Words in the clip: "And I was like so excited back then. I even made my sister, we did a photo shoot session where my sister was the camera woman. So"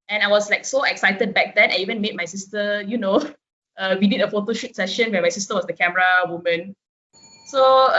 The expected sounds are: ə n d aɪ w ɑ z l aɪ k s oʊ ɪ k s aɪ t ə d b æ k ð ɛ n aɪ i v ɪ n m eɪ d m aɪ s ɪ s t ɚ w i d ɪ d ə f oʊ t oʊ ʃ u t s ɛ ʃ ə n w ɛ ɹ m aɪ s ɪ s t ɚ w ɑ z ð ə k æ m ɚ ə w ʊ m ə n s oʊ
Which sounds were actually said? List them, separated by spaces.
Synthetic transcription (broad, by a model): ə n aɪ w ɑ s l aɪ k s oʊ ɪ k s aɪ t ə d b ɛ k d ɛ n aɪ i v ɪ n m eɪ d m aɪ s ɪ s t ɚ w i d ɪ d ə f oʊ t oʊ ʃ u t s ɛ ʃ ə n w ɛ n m aɪ s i s t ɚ w ɑ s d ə k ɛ m ɚ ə w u m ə n s oʊ